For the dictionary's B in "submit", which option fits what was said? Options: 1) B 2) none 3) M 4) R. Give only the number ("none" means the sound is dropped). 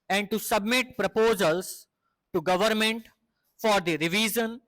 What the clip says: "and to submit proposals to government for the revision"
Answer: 1